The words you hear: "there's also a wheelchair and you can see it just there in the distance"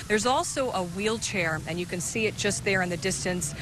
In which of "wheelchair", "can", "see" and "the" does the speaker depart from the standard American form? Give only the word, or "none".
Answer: none